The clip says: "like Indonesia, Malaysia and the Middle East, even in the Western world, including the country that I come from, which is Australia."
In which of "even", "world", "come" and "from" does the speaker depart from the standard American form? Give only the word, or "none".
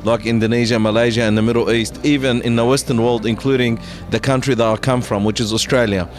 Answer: none